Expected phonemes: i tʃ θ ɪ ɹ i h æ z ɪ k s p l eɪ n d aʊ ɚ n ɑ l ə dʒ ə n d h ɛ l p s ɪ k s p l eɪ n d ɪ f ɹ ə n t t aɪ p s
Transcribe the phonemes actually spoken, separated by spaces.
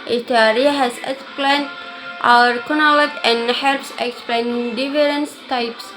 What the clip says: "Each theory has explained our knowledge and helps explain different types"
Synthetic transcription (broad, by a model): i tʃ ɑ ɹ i h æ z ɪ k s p l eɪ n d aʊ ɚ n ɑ l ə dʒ ə n d h ɛ l p s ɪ k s p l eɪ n d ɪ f ɹ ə n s t aɪ p s